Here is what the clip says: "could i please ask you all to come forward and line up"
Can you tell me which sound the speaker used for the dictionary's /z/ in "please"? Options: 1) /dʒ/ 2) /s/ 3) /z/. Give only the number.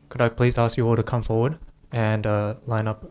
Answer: 3